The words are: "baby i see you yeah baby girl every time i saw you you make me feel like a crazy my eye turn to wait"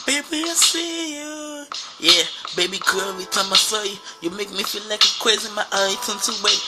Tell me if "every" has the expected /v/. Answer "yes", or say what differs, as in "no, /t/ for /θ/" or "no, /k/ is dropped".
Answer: no, /v/ is dropped